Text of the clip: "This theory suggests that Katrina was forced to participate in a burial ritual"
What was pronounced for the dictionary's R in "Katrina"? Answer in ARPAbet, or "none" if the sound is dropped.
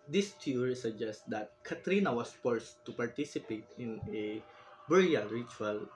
R